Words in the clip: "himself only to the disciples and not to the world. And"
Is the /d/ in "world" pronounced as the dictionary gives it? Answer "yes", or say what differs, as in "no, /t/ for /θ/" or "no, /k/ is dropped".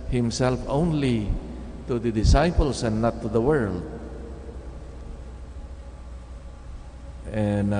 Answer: yes